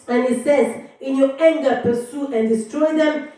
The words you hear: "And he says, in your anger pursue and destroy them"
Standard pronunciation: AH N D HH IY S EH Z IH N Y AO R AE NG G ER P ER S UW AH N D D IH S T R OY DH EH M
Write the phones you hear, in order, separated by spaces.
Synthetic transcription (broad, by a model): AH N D HH IY S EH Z IH N Y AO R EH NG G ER P ER S UW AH N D D IH S T R OY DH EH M